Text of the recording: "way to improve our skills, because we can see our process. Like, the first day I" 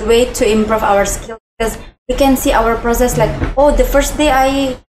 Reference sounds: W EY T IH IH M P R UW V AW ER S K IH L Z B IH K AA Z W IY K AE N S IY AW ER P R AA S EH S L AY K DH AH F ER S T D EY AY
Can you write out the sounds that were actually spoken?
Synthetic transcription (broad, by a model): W EY T IH IH M P R UW V AW ER S K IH L B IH K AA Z W IY K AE N S IY AW ER P R AA S EH S L AY K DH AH F ER S T D EY AY